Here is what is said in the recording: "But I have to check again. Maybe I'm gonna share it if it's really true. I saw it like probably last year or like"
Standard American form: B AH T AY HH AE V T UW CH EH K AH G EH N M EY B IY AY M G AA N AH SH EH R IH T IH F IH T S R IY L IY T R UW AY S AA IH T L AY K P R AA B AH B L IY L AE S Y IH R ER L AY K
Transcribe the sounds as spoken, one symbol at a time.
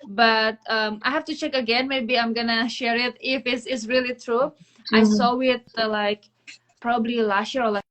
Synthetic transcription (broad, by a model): B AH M AY HH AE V T UW CH EH K AH G EH N M EY B IY AY M G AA N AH SH EH R IH T IH F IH S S R IY L IY T R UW AY S AA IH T L AY K P R AA B AH B L IY L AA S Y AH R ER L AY